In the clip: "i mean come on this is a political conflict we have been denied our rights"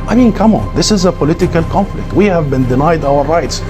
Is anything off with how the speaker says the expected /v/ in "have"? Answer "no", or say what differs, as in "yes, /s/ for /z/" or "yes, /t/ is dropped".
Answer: no